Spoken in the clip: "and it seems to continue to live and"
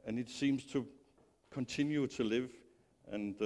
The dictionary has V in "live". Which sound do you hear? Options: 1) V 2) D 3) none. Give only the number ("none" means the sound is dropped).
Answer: 1